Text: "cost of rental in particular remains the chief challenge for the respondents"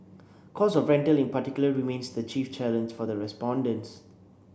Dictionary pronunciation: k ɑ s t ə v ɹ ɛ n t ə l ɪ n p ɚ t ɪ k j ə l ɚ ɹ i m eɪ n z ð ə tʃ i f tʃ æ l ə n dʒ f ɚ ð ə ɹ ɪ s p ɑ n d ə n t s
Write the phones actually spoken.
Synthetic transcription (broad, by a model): k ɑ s ə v ɹ ɛ n t ə l ɪ n p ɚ t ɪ k j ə l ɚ ɹ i m eɪ n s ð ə tʃ i f tʃ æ l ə n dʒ f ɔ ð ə ɹ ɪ s p ɑ n d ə n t s